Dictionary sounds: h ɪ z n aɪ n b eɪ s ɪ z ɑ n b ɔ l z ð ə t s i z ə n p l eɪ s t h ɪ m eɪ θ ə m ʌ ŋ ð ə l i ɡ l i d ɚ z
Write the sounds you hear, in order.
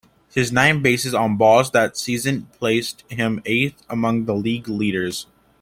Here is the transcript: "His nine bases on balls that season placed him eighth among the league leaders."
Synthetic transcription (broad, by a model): h ɪ z n aɪ n b eɪ s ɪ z n b ɔ z ð ə t s i z ə n p l eɪ s t h ɪ m eɪ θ ə m ʌ ŋ ð ə l i ɡ l i d ɚ z